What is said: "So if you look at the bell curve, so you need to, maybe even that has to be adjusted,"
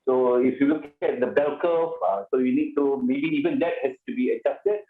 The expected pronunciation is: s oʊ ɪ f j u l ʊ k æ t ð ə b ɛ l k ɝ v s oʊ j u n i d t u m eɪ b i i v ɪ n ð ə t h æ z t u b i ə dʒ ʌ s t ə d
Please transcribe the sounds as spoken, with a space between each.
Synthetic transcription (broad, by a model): s oʊ ɪ f j u w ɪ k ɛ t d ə b ɛ l k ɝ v s oʊ j u n i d t u m eɪ b i i v ɪ n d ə t h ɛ s t u b i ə dʒ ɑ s t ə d